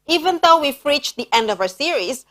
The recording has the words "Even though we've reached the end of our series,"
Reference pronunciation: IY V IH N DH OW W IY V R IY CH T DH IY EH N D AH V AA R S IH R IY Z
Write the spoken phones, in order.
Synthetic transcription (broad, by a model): IY V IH N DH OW W IY F R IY CH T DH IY EH N D AH V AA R S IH R IY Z